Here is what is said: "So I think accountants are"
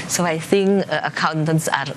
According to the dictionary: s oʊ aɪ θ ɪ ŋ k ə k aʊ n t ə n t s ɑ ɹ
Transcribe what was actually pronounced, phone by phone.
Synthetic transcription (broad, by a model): s oʊ aɪ θ ɪ ŋ k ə k aʊ n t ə n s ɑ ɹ